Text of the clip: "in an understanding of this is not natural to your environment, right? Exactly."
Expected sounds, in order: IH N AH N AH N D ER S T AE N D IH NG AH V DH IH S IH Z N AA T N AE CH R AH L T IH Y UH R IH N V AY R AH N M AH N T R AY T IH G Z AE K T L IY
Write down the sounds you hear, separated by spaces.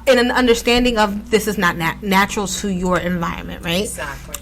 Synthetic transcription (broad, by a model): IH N AH N AH N D ER S T AE N D IH NG AH V DH IH S IH Z N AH T N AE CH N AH L T IH Y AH R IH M V AY R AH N M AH N T R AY IH T